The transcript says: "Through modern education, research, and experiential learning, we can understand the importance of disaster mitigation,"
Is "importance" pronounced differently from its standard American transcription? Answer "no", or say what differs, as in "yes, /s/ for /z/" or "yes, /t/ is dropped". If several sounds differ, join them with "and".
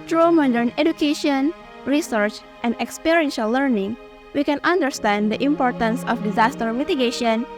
no